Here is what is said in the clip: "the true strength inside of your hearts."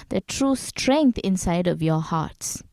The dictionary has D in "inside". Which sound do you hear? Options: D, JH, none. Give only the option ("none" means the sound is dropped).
D